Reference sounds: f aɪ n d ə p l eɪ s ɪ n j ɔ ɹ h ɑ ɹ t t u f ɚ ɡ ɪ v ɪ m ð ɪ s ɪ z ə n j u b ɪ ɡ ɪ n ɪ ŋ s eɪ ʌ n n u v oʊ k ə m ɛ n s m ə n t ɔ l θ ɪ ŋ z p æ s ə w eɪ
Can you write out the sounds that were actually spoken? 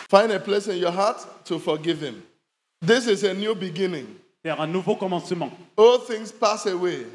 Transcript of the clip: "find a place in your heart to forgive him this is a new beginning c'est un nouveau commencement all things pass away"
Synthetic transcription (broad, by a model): f aɪ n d ə p l eɪ s ɪ n j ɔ h ɑ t t u f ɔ ɡ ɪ v ɪ m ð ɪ s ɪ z ə n j u b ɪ ɡ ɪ n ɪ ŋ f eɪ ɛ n n u v oʊ k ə m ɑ s m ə ɔ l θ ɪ ŋ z p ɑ s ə w eɪ